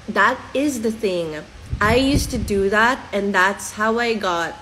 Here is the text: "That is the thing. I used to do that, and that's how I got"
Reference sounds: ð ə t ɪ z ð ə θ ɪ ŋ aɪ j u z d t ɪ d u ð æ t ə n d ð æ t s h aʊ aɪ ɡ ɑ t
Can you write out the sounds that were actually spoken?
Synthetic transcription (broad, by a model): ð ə t ɪ z ð ə θ ɪ ŋ aɪ j u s t ɪ d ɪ ð æ t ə n ð æ t s h aʊ aɪ ɡ ɑ t